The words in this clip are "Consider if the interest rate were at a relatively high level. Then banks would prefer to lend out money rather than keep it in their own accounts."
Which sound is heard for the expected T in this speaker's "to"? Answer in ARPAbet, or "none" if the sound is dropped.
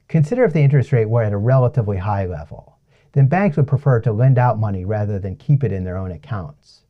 T